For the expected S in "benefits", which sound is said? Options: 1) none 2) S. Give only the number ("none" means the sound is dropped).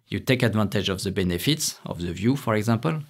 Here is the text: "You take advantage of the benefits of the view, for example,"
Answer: 2